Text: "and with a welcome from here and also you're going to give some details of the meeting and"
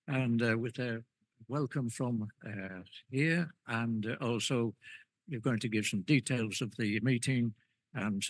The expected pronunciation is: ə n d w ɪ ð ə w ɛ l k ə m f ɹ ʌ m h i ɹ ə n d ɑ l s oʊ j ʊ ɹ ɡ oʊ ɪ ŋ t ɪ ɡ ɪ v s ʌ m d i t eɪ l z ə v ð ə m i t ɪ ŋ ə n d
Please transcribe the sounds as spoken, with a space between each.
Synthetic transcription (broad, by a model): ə n w ɪ ð ə w ɛ l k ə m f ɹ ʌ m h i ɹ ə n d ɑ l s oʊ j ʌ ɹ ɡ oʊ ɪ ŋ t ɪ ɡ ɪ v s ʌ m d i t eɪ l z ə v ð ə m i t ɪ ŋ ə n